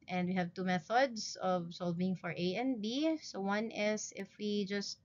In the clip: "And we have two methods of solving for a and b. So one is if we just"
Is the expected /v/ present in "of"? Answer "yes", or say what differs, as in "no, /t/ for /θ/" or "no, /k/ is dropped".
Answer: yes